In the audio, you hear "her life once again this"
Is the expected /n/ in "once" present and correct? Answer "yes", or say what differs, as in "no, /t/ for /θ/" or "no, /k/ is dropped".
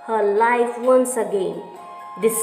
yes